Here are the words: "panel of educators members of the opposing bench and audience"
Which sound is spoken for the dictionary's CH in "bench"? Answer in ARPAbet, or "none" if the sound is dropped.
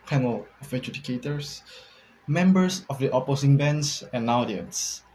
S